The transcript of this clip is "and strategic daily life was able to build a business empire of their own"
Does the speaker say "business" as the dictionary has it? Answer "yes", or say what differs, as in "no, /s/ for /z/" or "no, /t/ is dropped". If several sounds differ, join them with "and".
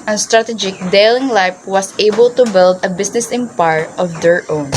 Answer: no, /s/ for /z/